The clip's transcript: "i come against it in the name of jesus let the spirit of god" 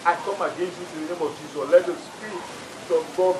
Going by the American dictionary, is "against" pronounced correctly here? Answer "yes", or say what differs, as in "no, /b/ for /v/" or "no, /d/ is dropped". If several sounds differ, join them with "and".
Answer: no, /t/ is dropped